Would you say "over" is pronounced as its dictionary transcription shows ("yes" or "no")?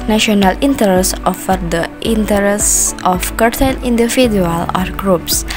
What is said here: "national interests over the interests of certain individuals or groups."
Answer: no